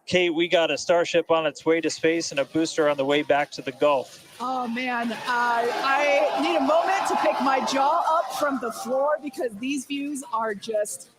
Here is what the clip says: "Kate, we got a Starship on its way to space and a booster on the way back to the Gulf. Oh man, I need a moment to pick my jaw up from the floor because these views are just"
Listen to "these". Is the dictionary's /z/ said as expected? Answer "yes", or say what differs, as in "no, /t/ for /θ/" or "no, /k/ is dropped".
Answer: yes